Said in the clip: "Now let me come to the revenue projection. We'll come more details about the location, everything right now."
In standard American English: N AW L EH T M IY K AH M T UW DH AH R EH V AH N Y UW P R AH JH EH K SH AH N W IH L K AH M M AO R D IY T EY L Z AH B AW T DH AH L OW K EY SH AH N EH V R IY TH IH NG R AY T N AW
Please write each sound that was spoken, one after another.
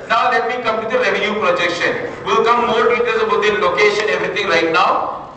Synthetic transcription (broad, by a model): N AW L EH T M IY K AH M T UW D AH R EH V AH N Y UW P R AH JH EH K SH AH N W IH L K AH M M AO R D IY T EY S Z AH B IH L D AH L OW K EY SH AH N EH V R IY T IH NG R AY T N AW